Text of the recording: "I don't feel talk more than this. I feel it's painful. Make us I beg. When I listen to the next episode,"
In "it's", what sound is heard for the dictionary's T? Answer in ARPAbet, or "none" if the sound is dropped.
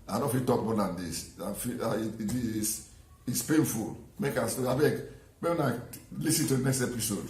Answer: S